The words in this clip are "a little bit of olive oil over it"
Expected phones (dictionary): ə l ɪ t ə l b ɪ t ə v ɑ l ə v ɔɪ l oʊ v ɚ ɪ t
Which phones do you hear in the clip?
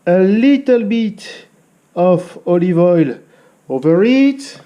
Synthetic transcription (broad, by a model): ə l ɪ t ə l b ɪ t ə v ɑ l ə v ɔɪ l oʊ v ɚ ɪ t